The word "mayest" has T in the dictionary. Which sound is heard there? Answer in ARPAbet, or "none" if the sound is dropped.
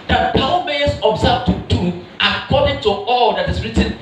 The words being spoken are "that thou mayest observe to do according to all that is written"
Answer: none